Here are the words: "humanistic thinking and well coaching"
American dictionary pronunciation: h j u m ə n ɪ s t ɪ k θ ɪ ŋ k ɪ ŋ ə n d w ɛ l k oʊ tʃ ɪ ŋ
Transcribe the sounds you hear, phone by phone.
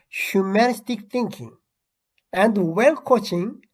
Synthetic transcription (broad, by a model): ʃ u m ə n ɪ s t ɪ k t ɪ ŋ k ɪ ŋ ə n d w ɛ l k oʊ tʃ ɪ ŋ